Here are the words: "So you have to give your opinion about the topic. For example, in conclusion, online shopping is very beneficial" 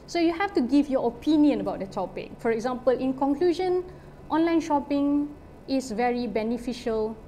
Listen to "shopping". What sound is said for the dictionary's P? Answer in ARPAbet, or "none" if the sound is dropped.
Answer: P